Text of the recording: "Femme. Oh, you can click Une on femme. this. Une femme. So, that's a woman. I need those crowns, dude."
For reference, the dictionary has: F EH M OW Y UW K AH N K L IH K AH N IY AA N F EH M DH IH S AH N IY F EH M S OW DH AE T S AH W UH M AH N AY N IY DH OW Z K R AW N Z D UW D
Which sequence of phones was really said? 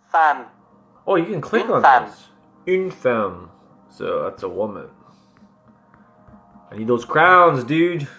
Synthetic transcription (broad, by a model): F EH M OW Y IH K AH N K L IH K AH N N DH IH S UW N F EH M S OW DH AE T S AH W UH M AH N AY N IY DH OW Z K R AW N Z D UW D